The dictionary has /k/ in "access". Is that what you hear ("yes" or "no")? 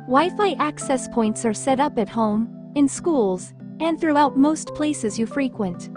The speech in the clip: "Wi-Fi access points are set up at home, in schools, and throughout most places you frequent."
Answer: yes